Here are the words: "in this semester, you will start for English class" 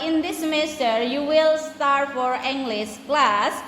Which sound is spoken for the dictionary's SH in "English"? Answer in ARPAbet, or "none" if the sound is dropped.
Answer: S